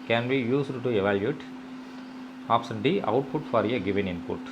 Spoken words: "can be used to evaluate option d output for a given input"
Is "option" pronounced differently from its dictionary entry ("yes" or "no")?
yes